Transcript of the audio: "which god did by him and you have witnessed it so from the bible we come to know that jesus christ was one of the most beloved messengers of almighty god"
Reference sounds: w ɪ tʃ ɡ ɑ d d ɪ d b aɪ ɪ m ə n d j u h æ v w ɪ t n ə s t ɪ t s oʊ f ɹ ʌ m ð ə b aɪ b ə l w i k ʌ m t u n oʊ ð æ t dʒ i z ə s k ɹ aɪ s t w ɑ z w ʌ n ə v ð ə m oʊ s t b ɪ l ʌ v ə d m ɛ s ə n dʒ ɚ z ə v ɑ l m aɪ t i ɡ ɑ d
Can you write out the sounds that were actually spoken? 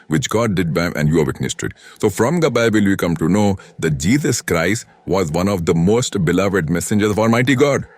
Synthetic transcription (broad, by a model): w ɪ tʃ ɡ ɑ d d ɪ d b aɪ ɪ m ə n d j u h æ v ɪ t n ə s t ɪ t s oʊ f ɹ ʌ m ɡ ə b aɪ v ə l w i k ʌ m t u n oʊ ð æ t dʒ i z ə s k ɹ aɪ s t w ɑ z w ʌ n ə v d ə m oʊ s t b ɪ l ʌ v ə d m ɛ s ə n dʒ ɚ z ə v ɑ l m aɪ t i ɡ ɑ d